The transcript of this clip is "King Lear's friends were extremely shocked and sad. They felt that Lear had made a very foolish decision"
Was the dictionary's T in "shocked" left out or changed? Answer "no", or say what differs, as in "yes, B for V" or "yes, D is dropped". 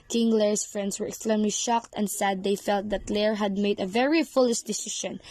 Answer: no